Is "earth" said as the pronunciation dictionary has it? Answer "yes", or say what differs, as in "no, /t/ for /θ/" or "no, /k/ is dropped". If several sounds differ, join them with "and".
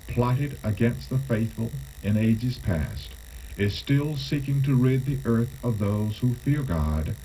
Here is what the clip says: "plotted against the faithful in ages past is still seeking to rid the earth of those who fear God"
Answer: yes